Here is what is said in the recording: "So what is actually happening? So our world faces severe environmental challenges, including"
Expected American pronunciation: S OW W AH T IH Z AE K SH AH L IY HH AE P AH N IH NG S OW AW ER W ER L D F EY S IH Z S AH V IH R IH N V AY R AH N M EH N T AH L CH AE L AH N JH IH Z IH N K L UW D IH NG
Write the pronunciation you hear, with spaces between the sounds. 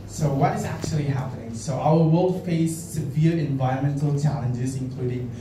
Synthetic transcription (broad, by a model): S OW W AH T IH Z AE K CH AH L IY HH AE P AH N IH NG S OW AW ER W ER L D F EY IH S AH V IH R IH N V AY R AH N M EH N T L CH AE L AH N JH IH Z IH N K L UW D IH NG